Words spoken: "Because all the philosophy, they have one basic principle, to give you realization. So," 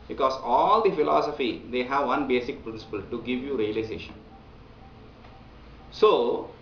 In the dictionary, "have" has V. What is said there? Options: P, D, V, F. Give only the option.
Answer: V